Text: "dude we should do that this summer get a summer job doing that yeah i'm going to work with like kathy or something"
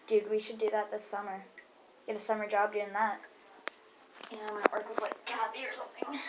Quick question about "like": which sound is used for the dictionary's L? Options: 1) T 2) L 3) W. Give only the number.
3